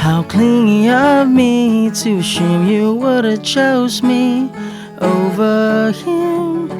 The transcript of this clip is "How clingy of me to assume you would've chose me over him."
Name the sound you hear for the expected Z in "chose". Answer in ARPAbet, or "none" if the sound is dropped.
Z